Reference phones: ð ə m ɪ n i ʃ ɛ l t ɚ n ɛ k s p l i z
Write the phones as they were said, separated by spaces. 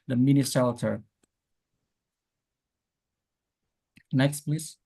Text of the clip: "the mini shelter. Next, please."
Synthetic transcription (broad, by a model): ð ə m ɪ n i s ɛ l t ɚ n ɛ k s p l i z